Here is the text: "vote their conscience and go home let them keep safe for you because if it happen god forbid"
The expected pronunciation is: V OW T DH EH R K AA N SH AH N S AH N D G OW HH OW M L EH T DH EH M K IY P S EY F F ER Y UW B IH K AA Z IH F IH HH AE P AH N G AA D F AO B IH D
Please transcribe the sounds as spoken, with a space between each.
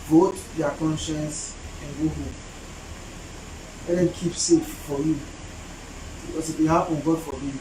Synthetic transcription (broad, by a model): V OW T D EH K AA N SH AH N S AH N G OW HH OW M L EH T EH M K IY P S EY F F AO Y UW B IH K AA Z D IH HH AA AH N G AA D F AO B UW